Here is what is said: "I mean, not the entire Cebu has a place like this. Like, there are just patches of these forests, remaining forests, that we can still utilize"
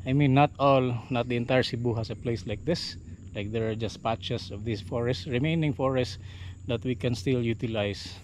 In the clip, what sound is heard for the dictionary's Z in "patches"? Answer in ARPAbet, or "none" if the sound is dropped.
S